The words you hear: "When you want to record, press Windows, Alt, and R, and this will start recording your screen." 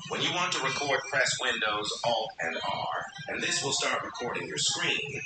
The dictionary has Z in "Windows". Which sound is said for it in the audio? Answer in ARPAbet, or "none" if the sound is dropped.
Z